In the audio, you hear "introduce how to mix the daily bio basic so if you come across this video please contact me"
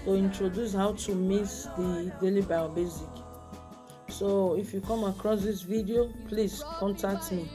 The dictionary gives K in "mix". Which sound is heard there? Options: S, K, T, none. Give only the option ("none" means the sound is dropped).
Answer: none